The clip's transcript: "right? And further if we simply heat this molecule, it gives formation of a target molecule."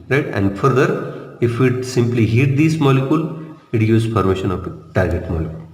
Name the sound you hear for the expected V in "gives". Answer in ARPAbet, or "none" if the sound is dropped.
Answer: none